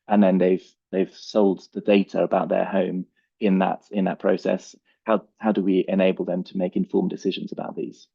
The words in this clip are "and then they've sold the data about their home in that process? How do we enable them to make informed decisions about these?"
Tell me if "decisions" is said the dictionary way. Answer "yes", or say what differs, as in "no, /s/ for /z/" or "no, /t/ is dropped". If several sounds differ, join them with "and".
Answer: yes